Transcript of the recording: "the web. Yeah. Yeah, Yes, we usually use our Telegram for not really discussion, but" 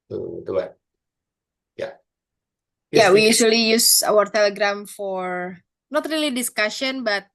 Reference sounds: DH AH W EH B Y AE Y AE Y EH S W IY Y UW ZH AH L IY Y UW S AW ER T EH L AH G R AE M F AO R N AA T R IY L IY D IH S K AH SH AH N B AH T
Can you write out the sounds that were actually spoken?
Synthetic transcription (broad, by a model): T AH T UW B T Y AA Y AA W IY Y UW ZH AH L IY Y UW S AW ER T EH L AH G R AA M F AO R N AA T R IY L IY D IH S K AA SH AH N B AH T